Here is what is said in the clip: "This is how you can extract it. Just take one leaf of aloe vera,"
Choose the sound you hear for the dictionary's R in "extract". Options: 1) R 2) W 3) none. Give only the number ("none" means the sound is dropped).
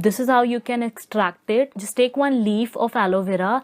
1